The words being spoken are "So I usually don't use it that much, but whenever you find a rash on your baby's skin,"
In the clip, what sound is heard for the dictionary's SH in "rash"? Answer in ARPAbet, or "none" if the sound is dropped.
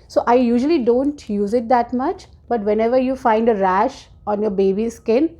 SH